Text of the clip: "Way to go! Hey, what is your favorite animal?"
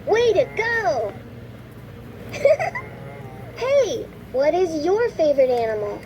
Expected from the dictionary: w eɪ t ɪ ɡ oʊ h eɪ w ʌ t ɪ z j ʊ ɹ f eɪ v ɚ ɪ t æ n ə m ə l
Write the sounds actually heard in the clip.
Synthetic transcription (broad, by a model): w eɪ t ɪ ɡ oʊ h eɪ w ʌ t ɪ z j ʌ ɹ f eɪ v ɚ ɪ t æ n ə m l